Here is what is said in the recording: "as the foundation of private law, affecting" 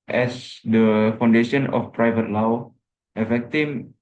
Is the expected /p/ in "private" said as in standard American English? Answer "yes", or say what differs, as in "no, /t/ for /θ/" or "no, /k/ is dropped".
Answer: yes